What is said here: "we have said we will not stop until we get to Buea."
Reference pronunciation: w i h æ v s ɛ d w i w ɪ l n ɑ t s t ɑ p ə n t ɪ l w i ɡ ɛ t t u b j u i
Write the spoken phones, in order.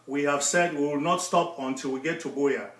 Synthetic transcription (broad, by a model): w i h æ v s ɛ d w i w ɪ l n ɑ t s t ɑ p ə n t ɪ l w i ɡ ɛ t t u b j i